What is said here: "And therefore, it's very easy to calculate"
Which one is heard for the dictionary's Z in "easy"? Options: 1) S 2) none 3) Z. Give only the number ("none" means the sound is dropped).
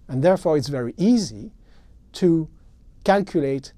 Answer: 3